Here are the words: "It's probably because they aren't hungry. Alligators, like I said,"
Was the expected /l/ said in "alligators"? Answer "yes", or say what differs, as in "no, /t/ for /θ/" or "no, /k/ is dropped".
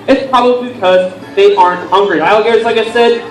no, /l/ is dropped